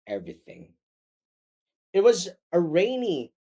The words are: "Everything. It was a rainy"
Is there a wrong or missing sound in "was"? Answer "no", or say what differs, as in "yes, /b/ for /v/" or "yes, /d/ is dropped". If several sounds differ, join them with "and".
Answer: no